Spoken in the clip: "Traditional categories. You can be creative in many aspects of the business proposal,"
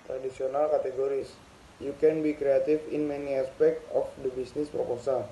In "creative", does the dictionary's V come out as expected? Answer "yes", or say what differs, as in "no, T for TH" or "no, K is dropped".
no, F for V